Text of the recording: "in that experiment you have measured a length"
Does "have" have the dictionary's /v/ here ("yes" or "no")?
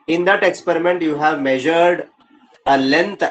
yes